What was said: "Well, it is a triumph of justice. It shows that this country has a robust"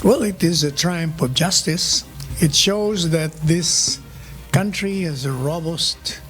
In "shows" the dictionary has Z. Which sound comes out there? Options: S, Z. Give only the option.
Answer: Z